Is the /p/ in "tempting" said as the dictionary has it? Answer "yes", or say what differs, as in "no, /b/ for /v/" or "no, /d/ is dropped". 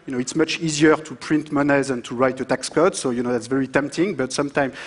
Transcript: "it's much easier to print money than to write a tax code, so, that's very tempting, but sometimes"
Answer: yes